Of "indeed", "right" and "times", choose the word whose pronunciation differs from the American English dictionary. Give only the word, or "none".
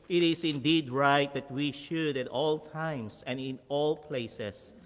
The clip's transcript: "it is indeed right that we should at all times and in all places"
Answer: times